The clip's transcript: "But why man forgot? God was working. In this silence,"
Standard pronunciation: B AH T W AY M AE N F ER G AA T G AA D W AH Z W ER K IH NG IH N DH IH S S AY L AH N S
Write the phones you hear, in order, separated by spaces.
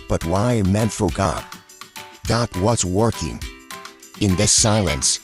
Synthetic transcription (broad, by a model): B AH T W AY M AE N F ER G AA T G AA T W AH S W ER K IH NG IH N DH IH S S AY L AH N S